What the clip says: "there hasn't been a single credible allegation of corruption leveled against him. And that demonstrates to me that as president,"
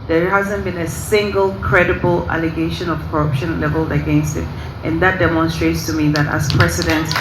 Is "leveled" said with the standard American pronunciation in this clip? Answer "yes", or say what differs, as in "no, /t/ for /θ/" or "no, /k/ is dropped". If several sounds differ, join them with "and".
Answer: no, /d/ is dropped